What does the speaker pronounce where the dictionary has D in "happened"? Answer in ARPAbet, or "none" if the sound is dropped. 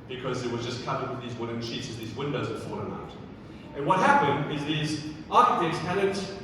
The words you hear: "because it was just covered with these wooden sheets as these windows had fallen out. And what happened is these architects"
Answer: D